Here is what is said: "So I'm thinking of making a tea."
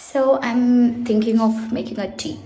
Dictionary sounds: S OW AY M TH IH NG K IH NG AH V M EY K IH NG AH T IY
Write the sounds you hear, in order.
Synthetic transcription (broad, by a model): S OW AY M T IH NG K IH NG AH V M EY K IH NG AH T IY